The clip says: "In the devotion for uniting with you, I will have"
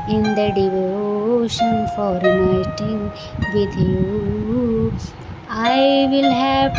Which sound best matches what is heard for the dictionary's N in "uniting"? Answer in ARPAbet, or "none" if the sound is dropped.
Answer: none